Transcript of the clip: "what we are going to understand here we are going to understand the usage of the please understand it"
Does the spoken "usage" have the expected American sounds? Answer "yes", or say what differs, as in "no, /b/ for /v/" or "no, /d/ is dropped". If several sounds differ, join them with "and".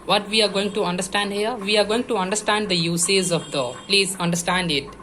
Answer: no, /z/ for /dʒ/